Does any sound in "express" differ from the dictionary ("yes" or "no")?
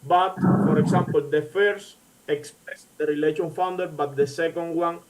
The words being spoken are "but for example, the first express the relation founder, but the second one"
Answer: no